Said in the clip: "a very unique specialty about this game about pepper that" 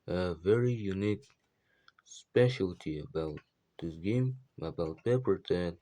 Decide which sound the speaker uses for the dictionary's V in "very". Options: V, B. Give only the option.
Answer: V